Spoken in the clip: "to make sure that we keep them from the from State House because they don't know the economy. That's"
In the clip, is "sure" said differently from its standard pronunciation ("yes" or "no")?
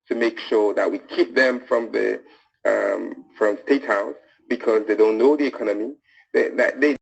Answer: no